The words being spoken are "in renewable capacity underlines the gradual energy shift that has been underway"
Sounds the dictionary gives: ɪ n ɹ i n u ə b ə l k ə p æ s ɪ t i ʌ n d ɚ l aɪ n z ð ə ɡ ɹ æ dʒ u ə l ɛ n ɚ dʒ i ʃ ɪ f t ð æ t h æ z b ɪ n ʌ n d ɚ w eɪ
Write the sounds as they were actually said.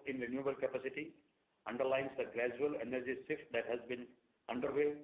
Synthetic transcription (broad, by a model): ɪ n ɹ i n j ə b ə l k ə p æ s ɪ t i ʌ n d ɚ l aɪ n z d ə ɡ ɹ æ dʒ u ə l ɛ n ɚ dʒ i s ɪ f t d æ t h æ z b ɪ n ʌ n d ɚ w eɪ